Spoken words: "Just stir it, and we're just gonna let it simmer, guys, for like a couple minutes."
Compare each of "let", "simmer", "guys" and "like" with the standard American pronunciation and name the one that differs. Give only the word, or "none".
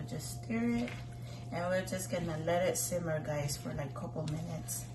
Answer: like